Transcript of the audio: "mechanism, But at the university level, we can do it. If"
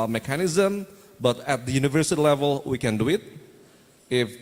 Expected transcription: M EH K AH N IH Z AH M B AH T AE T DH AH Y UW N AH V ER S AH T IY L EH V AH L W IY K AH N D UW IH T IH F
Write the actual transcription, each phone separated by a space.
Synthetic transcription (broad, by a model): M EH K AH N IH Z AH M B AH T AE T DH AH Y UW N AH V ER S AH T IY L EH V AH L W IY K AH N D UW IH T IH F